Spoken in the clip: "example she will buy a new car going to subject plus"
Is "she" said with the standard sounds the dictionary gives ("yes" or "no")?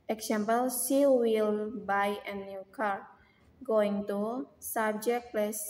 no